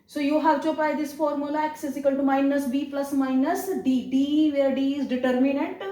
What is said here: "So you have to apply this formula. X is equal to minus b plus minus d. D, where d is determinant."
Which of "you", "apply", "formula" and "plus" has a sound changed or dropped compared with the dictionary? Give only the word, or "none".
apply